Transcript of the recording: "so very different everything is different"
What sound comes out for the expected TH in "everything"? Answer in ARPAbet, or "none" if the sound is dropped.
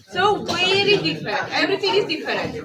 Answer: T